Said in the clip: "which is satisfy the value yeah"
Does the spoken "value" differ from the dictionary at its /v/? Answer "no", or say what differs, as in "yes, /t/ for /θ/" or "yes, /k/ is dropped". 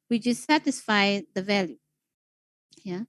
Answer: no